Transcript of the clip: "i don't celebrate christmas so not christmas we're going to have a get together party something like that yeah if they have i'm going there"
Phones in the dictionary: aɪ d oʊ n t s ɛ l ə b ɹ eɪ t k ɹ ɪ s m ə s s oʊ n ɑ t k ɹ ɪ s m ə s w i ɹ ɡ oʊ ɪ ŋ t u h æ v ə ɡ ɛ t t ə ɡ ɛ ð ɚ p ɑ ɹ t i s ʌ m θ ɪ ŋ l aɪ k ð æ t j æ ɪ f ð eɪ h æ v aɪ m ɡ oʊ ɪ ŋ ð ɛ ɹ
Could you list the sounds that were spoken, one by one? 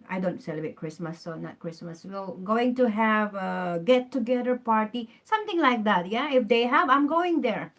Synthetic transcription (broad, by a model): aɪ d oʊ n t s ɛ l ə b ɹ eɪ t k ɹ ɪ s m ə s s oʊ n ɑ t k ɹ ɪ s m ə s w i l ɡ oʊ ɪ ŋ t u h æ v ə ɡ ɛ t t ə ɡ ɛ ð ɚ p ɑ ɹ t i s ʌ m t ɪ ŋ l aɪ k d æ t j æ ɪ f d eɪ h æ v aɪ m ɡ oʊ ɪ ŋ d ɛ ɹ